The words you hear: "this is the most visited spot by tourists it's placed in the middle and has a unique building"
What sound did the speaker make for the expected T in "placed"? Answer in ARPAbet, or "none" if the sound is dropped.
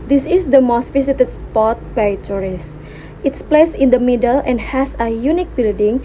none